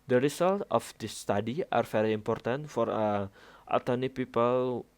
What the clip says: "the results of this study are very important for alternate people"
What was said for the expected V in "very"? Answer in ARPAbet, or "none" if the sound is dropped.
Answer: F